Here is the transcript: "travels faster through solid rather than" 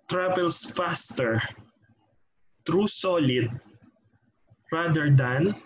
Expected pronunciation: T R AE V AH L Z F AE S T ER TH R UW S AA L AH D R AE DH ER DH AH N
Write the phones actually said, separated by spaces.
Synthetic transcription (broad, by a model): T R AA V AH L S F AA S T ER T R UW S AA L AH D R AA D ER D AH N